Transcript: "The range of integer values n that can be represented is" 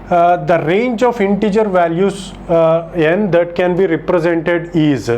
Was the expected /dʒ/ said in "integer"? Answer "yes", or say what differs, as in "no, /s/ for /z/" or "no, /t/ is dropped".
yes